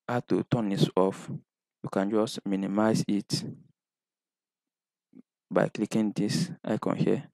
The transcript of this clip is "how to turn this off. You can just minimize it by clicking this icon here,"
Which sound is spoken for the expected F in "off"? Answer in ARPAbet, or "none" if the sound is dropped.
F